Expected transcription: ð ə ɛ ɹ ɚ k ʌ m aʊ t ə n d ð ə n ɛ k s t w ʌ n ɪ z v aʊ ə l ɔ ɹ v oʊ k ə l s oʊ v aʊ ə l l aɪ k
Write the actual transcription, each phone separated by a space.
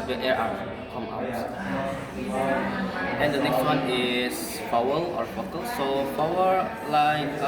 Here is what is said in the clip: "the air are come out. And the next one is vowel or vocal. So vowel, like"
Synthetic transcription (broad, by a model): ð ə ɛ ɹ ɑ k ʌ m aʊ t ə n d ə n ɛ k s t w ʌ n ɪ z p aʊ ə l ɔ ɹ f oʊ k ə l s oʊ p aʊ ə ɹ l aɪ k